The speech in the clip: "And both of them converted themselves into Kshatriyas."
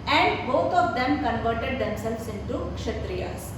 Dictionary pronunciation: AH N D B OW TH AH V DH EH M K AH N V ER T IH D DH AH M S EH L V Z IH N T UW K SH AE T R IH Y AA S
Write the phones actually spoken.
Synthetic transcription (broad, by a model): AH N D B OW T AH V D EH M K AH N V ER T IH D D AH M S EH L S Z IH N T UW K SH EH T R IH Y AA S